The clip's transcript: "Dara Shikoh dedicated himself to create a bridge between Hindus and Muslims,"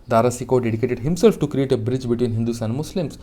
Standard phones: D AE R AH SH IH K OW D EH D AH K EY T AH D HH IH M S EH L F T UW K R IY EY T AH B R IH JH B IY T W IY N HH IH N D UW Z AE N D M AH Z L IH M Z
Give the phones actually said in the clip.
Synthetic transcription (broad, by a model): D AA R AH S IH K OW D EH D AH K EY T AH D HH IH M S EH L F T UW K R IY EY T AH B R IH JH B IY T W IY N HH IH N D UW S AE N D M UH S L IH M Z